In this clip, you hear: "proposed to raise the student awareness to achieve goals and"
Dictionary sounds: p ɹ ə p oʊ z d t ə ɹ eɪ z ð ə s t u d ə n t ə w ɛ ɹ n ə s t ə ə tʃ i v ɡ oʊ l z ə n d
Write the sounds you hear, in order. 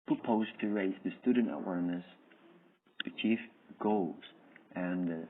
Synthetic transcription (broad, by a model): p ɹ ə p oʊ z t ə ɹ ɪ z ð ə s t u d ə n t ə w ɛ ɹ n ə s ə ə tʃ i f ɡ oʊ l z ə n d